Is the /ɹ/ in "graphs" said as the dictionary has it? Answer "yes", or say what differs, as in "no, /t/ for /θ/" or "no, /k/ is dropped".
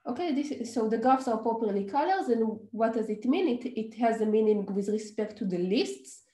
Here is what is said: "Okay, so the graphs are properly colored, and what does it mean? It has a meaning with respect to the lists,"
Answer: no, /ɹ/ is dropped